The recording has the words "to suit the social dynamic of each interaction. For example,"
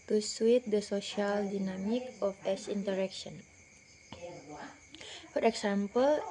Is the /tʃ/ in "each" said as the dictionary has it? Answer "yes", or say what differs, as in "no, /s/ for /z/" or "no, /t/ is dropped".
no, /s/ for /tʃ/